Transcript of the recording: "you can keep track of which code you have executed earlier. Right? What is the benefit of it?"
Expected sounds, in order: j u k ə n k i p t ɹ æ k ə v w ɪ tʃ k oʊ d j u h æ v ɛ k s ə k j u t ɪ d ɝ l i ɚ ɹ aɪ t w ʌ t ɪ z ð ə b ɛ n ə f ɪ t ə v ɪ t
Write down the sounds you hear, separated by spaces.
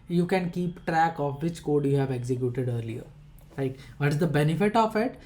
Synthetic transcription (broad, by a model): j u k ə n k i p t ɹ æ k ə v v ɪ tʃ k oʊ d j u h æ v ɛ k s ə k j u t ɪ d ɝ l i ɚ l aɪ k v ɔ t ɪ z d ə b ɛ n ə f ɪ t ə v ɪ t